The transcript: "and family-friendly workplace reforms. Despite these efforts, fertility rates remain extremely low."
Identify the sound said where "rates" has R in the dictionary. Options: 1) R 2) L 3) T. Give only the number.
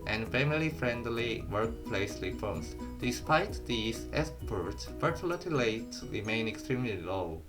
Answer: 2